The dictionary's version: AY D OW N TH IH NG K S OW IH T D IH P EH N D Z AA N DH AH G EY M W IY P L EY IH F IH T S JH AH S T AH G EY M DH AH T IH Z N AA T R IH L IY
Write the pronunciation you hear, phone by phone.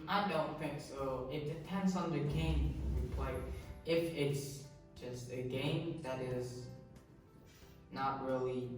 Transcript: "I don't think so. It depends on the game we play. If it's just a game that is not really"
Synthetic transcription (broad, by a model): AY D OW N TH IH NG K S OW IH T D IH P EH N D Z N DH AH G EY M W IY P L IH IH F IH T S JH AH S T AH G EY M DH AH T IH Z N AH T R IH L IY